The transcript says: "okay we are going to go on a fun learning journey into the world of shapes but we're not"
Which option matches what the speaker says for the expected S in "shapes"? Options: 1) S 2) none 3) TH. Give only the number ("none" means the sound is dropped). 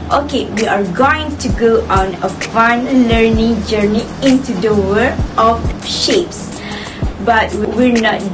1